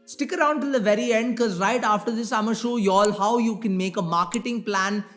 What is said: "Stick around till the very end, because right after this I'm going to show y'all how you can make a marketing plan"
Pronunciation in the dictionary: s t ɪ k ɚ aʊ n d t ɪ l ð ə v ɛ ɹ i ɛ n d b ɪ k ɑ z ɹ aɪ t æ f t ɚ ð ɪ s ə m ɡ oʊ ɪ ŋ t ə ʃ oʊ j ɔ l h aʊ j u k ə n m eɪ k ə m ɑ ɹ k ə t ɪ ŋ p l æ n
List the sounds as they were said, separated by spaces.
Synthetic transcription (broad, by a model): s t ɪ k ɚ aʊ n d t ɪ l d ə v ɛ ɹ i ɛ n d k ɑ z ɹ aɪ t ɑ f t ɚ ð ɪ s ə ɪ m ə ʃ oʊ j ɔ l h aʊ j u k ə n m eɪ k ə m ɑ ɹ k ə t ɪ ŋ p l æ n